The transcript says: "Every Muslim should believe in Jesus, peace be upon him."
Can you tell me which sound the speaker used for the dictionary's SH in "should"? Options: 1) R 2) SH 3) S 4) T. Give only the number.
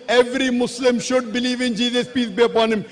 2